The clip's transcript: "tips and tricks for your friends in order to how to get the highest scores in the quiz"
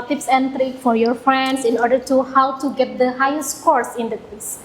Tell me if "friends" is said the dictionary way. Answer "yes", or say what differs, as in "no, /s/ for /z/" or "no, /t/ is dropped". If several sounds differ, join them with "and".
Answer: no, /s/ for /z/